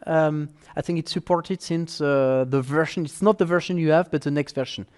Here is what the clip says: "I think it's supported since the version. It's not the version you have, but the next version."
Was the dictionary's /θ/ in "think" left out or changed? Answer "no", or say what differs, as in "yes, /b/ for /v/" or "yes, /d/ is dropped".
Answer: no